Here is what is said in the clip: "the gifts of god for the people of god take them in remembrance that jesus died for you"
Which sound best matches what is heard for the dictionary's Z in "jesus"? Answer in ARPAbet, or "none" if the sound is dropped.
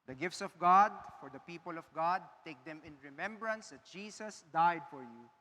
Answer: S